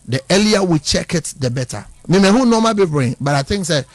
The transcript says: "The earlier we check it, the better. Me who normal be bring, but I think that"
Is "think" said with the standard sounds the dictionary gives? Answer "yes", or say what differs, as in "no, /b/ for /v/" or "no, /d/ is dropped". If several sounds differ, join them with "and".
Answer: no, /t/ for /θ/